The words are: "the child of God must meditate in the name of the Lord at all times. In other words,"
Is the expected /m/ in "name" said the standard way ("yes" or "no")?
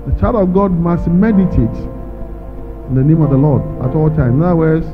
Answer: yes